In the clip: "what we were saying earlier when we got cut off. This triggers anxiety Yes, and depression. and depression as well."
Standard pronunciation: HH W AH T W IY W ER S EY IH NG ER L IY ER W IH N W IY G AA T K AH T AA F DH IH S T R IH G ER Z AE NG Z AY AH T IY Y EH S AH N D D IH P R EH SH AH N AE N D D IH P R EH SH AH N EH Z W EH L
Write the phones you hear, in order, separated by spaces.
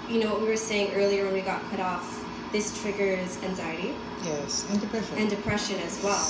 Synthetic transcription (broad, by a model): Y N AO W W IY W ER S EY IH NG ER L IY ER W IH N W IY G AA T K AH T AA F DH IH S T R IH G ER Z AE NG Z AY AH T IY Y EH S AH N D D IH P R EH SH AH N N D D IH P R EH SH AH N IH Z W EH L